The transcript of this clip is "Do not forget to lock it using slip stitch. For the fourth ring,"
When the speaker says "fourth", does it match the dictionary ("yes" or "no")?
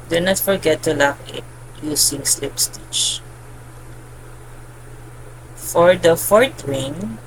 no